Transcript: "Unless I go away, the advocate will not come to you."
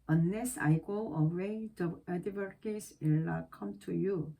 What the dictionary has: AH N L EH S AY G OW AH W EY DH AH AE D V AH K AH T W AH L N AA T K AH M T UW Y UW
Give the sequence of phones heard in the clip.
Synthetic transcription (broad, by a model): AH N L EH S AY G OW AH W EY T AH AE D AH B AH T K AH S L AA K AH M T UW Y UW